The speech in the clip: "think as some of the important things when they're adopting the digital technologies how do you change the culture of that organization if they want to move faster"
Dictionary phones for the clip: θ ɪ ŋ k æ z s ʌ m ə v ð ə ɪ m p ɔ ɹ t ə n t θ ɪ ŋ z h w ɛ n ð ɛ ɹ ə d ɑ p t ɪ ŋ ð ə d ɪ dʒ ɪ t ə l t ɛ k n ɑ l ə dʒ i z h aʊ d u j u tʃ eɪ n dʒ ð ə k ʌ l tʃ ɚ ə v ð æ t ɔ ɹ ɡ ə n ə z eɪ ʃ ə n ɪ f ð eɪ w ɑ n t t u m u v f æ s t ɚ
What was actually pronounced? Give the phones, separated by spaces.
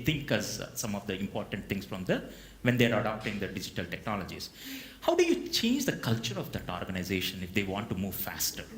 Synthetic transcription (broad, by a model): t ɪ ŋ k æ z s ʌ m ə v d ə ɪ m p ɔ ɹ t ə n t t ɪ ŋ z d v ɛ n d ɛ ɹ ə d ɑ p t ɪ ŋ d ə d ɪ dʒ ɪ t ə l t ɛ k n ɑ l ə dʒ i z h aʊ d u j u tʃ eɪ n dʒ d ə k ʌ l tʃ ɚ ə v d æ t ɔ ɹ ɡ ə n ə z eɪ ʃ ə n ɪ f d eɪ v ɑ n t t u m u v f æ s t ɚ